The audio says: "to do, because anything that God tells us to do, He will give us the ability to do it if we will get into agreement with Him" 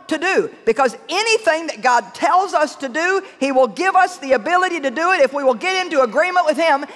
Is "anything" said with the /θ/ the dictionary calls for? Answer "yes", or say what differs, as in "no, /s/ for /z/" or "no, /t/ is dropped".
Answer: yes